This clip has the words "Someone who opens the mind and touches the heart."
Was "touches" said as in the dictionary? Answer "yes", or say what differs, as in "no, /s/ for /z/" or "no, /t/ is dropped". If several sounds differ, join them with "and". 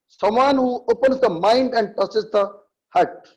no, /s/ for /tʃ/